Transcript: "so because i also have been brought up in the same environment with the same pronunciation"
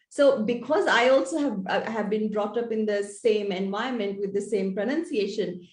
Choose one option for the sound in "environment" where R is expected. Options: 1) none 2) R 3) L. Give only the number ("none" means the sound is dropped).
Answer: 1